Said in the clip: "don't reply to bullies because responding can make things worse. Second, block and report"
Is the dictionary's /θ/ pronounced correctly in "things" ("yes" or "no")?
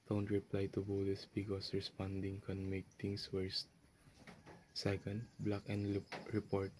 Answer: no